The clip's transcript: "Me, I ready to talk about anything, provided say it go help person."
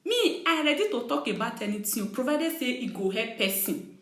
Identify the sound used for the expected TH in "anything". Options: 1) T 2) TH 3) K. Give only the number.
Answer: 1